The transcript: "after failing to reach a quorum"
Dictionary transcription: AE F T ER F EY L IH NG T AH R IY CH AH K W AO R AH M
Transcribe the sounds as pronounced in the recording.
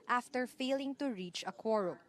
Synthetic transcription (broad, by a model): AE F T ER F EY L IH NG T AH R IY CH AH K W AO R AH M